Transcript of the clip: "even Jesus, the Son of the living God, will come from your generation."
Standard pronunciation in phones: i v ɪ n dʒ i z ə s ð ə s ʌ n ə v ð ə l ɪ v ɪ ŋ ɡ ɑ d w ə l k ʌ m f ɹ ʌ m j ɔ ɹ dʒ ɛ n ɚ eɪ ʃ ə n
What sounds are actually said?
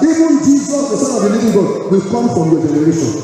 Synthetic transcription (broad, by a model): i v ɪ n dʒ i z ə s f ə s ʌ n ə v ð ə n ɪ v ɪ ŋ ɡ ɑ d w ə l k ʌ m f ɹ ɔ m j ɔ dʒ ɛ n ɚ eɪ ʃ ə n